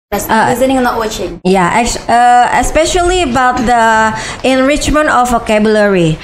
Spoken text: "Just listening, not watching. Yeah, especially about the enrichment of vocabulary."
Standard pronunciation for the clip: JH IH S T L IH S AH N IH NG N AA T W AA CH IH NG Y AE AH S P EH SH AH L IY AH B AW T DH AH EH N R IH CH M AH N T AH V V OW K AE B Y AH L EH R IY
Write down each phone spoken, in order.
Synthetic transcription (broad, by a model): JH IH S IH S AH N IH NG N AA T W AA CH IH NG Y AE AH S P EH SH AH L IY AH B AW T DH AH EH N R IH CH M AH N T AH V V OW K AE B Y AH L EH R IY